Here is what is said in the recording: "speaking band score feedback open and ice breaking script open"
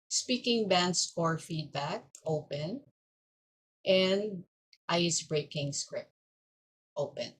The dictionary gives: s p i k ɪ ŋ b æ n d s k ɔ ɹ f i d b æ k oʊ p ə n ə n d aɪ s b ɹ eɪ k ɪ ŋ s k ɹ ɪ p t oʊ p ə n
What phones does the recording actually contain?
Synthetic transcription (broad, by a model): s p i k ɪ ŋ b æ n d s ɔ ɹ f i d b æ k oʊ p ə n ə n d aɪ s b ɹ eɪ k ɪ ŋ s k ɹ ɪ p t oʊ p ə n